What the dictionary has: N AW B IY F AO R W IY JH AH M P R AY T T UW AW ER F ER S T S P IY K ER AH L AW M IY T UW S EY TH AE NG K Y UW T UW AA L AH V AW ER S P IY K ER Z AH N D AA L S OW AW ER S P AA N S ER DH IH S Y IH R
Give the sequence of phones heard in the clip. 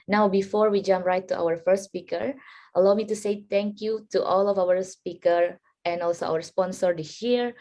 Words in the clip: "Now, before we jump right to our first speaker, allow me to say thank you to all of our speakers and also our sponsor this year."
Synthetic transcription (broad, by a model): N AW B IY F AO R W IY JH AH M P R AY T T UW AW ER F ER S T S P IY K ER AH L AW M IY T UW S EY T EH NG K Y UW T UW AA L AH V AW ER S P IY K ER AH N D AA L S OW AW ER S P AA N S ER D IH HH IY R